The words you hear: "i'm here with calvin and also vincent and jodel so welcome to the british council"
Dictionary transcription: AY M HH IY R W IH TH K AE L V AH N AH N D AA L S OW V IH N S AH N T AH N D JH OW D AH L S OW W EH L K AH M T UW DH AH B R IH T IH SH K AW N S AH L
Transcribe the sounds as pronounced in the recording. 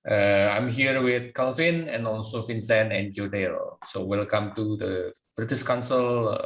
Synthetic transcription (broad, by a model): AY M HH IY R W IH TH K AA L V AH N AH N AA L S OW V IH N S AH N AH N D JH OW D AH L S OW W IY L K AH M T UW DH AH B R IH T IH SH K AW N S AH L